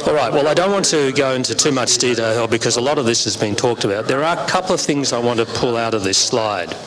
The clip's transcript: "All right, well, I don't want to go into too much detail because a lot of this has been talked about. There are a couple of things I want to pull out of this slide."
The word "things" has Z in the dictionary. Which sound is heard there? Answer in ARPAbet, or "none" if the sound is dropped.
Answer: Z